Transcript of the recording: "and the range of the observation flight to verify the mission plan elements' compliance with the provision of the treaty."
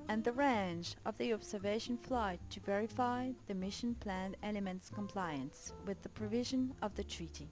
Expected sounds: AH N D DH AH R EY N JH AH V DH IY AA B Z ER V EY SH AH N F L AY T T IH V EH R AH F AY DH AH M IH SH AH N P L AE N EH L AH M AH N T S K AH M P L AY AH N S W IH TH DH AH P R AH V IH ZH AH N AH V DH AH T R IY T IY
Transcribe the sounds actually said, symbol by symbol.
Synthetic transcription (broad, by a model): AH N DH AH R EY N JH AH V DH IY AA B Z ER V EY SH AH N F L AY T T IH V EH R AH F AY DH AH M IH SH AH N P L AE N EH L AH M AH N T S K AH M P L AY AH N S W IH DH AH P R AH V IH ZH AH N AH V DH AH T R IY T IY